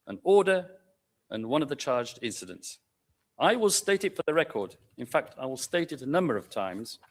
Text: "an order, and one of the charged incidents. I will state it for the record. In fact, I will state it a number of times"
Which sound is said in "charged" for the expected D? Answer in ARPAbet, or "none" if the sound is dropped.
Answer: D